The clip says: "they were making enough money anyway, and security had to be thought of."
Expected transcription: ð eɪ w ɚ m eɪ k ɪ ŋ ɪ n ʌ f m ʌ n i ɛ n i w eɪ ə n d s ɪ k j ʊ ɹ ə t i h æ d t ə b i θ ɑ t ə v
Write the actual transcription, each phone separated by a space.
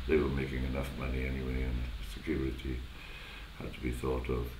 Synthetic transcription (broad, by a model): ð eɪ w ɚ m eɪ k ɪ ŋ ɪ n ʌ f m ʌ n i ɛ n i w eɪ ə n s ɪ k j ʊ ɹ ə t i h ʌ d t ə b i θ ɑ t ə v